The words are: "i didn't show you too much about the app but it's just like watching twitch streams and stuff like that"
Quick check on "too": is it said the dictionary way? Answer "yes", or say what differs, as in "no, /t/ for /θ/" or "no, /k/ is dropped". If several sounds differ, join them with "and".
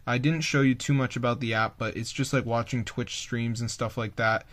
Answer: yes